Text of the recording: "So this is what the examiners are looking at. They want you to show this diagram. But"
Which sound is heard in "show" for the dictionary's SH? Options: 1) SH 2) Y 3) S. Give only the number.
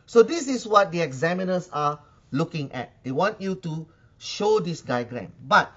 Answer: 1